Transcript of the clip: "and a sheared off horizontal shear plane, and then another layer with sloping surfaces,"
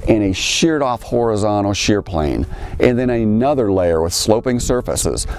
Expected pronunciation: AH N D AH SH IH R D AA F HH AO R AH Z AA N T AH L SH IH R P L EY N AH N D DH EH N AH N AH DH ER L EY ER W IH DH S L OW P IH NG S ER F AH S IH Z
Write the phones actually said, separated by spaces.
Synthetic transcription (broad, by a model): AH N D AH SH IH R D AA F HH AO R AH Z AA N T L SH IH R P L EY N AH N DH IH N AH N AH DH ER L EY ER W IH DH S L OW P IH NG S ER F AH S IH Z